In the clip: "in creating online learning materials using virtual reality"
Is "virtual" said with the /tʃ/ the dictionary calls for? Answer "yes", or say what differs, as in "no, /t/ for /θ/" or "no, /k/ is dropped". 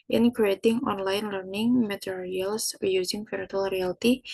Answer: no, /tʃ/ is dropped